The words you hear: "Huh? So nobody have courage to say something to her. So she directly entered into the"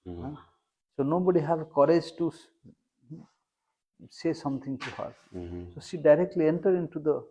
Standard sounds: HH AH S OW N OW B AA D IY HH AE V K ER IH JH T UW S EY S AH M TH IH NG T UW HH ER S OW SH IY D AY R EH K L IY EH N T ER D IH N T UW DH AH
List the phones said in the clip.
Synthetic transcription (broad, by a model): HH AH S OW N OW B AA D IY HH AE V K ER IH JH T UW S EY S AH M T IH NG T UW HH ER S OW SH IY D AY R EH K L IY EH N T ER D IH N T UW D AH